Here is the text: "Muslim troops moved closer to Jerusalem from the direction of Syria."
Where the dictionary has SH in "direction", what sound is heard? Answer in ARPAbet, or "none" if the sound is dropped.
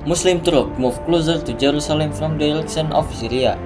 S